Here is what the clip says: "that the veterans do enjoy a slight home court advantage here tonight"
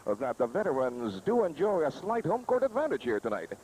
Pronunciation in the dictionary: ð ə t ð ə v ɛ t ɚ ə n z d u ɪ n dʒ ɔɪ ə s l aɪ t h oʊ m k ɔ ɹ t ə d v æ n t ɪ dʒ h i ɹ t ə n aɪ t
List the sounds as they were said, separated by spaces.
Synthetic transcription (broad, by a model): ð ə t ð ə v ɛ t ɚ ə n z d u ɪ n dʒ ɔɪ ə s l aɪ t h oʊ m k ɔ ɹ t ə d v æ n t ɪ dʒ h i ɹ t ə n aɪ t